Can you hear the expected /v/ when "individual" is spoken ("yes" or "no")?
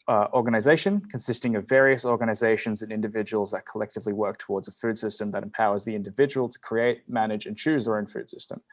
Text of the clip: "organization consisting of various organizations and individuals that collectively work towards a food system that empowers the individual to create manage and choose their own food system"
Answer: yes